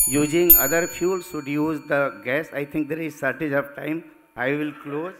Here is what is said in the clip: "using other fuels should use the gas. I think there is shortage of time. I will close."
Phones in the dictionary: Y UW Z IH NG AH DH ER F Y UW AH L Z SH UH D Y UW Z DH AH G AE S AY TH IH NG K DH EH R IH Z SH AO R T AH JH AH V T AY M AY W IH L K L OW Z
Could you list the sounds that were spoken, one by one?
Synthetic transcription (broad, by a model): Y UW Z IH NG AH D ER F Y UW L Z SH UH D Y UW Z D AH G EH S AY T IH NG K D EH R IH Z S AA R T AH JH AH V T AY M AY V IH L K L OW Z